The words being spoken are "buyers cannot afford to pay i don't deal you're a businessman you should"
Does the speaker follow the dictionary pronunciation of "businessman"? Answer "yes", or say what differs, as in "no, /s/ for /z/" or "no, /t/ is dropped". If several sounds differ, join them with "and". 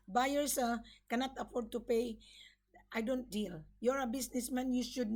no, /s/ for /z/